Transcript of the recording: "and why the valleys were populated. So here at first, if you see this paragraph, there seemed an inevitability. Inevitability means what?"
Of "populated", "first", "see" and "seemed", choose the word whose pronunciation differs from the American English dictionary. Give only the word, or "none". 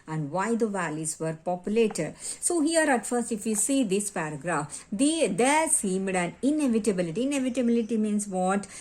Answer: none